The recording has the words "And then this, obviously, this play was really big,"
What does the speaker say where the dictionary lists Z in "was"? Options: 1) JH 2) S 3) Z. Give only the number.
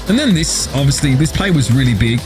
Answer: 3